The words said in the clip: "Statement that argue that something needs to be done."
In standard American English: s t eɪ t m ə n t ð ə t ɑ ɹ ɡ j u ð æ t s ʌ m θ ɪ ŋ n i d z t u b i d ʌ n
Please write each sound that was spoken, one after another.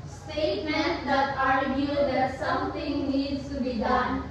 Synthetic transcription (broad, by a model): s t eɪ t m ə n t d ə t ɑ ɹ ɡ j u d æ t s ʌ m t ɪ ŋ n i d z t u b i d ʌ n